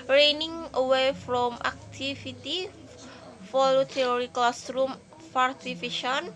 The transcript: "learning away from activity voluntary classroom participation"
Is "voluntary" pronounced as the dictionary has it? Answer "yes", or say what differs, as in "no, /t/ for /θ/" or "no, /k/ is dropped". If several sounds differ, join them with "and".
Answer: no, /f/ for /v/ and /n/ is dropped